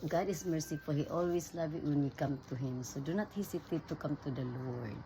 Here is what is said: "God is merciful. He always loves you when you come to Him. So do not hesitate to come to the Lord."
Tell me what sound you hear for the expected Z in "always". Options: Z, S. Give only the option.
S